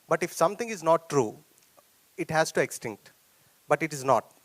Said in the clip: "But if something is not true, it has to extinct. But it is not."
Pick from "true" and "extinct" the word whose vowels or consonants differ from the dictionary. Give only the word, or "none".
none